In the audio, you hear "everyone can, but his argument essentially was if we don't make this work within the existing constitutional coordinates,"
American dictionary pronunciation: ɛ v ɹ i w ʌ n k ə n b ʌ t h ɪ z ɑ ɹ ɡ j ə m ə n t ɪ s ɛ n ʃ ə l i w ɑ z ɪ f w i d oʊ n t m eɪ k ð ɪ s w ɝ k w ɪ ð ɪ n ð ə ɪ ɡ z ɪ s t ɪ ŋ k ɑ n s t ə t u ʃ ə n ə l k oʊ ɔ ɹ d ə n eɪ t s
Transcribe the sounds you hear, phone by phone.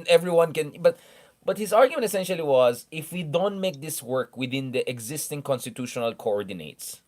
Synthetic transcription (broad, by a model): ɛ v ɹ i w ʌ n k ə n b ʌ t h ɪ z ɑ ɹ ɡ j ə m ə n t ɪ s ɛ n ʃ ə l i w ɑ z ɪ f w i d oʊ n t m eɪ k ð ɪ s w ɝ k w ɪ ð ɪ n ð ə ɪ ɡ z ɪ s t ɪ ŋ k ɑ n s t ə t u ʃ ə n ə l k oʊ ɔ ɹ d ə n eɪ t s